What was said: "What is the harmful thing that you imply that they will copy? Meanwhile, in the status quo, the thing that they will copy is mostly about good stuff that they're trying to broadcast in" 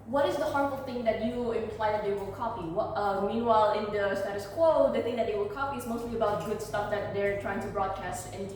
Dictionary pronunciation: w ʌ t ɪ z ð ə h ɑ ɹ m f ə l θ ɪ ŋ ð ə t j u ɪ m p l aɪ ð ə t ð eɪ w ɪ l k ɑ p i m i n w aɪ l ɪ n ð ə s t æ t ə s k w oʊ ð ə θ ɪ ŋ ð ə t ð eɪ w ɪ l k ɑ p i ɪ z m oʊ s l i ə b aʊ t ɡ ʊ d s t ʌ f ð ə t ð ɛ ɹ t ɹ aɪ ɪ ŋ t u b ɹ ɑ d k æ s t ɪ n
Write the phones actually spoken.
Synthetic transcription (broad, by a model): w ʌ t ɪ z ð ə h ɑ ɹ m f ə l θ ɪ ŋ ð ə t j u ɪ m p l aɪ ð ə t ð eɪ w ɪ l k ɑ p i m i n w aɪ l ɪ n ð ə s t æ t ə s k w oʊ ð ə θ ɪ ŋ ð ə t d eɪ w ɪ l k ɑ p i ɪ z m oʊ s l i ə b aʊ t ɡ ʊ d s t ʌ f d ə t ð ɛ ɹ t ɹ aɪ ɪ ŋ t u b ɹ ɑ d k æ s t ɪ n